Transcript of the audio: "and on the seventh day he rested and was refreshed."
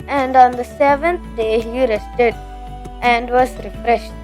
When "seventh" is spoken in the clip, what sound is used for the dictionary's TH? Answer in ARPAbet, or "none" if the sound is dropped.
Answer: T